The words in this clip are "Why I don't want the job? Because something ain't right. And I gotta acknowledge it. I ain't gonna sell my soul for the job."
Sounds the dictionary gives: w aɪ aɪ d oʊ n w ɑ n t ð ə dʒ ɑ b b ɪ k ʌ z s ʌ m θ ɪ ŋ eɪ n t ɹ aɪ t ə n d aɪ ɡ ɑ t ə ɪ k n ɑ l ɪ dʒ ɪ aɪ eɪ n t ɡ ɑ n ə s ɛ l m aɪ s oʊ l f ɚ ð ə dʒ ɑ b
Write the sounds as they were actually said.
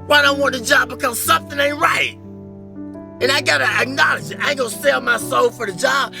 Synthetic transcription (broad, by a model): w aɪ aɪ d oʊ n w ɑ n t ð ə dʒ ɑ b b ɪ k ʌ z s ʌ m θ ɪ ŋ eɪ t ɹ aɪ t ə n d aɪ ɡ ɑ t ə ɪ k n ɑ l ɪ dʒ ɪ aɪ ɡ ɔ ə s ɛ l m aɪ s oʊ l f ɚ ð ə dʒ ɑ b